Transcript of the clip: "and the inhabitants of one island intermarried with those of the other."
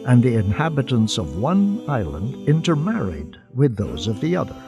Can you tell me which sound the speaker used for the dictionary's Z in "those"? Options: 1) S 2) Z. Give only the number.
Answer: 2